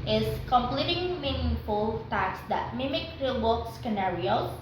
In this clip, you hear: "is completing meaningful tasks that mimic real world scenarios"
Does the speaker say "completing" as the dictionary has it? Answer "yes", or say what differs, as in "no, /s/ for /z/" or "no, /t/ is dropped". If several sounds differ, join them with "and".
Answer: yes